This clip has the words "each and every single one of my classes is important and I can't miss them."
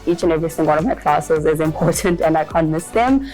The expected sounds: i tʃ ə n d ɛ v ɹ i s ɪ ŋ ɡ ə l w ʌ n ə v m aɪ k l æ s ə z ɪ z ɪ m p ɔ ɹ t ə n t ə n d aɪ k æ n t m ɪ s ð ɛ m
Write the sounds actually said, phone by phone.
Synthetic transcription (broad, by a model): i tʃ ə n ɛ v ɹ i θ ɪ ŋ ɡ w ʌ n ə v m aɪ k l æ s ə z ɪ z ɪ m p ɔ ɹ t ə n t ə n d aɪ k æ n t m ɪ s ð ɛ m